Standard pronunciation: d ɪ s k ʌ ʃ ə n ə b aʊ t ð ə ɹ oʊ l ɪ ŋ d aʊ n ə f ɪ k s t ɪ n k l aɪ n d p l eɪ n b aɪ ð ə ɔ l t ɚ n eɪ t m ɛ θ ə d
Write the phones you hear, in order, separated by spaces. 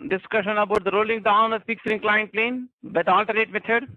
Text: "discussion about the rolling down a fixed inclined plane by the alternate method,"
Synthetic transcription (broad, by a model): d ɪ s k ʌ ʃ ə n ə b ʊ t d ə ɹ oʊ l ɪ ŋ d aʊ n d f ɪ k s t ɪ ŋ k l aɪ n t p l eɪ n b aɪ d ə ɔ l t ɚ eɪ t m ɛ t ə d